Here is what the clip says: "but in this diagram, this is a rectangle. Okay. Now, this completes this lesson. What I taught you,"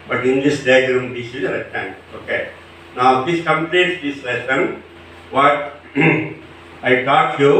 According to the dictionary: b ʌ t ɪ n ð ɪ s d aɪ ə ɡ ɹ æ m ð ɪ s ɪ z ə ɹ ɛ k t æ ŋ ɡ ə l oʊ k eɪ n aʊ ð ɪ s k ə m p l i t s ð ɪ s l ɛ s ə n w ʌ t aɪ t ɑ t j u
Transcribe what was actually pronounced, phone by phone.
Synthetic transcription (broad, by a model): b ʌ t ɪ n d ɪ s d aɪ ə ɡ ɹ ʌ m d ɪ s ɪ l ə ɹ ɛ t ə n oʊ k eɪ n aʊ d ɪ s k ə m p l i t s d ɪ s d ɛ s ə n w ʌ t aɪ t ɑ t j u